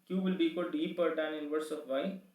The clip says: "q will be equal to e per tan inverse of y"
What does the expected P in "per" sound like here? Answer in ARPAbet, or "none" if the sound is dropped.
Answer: P